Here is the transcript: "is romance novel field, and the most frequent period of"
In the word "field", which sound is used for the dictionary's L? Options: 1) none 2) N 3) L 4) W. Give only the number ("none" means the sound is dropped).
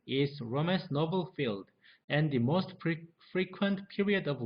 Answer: 3